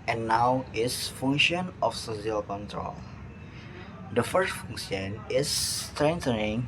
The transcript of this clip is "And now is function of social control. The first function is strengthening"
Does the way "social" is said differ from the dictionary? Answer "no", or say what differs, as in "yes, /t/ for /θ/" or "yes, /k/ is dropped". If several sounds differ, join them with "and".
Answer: yes, /s/ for /ʃ/